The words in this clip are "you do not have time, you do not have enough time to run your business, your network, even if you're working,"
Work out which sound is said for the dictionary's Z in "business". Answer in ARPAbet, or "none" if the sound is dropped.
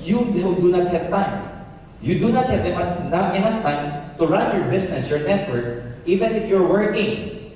S